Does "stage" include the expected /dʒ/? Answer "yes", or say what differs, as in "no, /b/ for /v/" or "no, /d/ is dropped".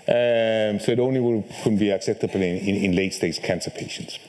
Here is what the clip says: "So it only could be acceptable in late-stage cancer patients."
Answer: no, /z/ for /dʒ/